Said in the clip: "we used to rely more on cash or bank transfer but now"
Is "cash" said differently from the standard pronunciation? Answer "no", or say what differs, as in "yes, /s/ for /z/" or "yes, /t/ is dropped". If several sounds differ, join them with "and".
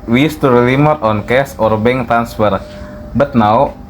yes, /s/ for /ʃ/